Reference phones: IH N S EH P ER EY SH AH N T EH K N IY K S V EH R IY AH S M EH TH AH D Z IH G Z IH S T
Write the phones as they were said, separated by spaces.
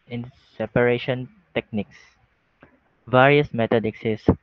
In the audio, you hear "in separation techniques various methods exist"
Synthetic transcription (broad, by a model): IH N S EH P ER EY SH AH N T EH K N IY K S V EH R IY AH S M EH T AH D IH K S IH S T